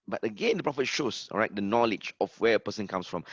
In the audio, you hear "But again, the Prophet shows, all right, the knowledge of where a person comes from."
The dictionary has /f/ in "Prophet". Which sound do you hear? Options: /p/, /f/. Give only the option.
/f/